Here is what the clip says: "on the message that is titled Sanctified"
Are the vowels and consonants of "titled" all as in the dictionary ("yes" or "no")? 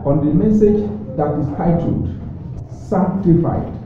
no